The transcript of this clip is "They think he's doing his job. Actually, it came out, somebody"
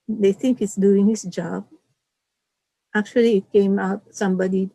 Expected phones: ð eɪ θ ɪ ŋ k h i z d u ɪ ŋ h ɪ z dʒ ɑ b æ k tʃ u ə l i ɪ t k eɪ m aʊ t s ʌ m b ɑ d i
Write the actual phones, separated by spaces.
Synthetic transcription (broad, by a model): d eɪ t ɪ ŋ k h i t d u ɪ ŋ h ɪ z dʒ ɑ b æ k tʃ u ə l i ɪ t k eɪ m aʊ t s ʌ m b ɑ d i